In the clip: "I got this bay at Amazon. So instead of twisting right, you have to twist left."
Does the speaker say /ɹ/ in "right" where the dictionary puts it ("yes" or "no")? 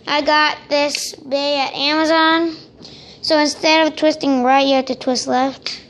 yes